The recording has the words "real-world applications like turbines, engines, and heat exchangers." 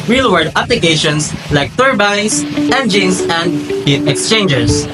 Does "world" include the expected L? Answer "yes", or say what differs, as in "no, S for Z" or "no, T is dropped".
no, L is dropped